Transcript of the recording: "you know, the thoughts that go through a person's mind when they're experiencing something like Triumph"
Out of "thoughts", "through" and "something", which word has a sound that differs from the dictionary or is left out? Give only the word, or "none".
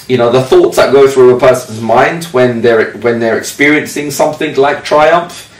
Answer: none